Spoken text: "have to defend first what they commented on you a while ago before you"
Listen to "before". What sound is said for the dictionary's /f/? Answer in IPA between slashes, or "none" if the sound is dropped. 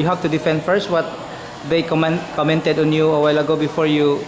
/f/